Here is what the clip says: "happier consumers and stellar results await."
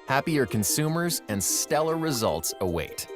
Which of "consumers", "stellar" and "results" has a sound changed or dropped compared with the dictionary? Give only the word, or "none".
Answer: none